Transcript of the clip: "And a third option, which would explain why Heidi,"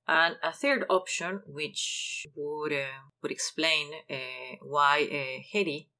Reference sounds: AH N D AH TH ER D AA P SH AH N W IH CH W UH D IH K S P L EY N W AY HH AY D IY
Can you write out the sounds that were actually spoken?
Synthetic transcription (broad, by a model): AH N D AH TH ER D AA P SH AH N W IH CH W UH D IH K S P L EY N W AY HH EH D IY